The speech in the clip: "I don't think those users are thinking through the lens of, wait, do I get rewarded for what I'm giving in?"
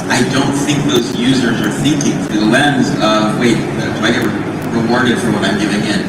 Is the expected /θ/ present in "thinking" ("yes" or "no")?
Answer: yes